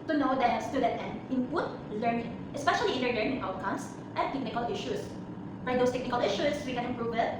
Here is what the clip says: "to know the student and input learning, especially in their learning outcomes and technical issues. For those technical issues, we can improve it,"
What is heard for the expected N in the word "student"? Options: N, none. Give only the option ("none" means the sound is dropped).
none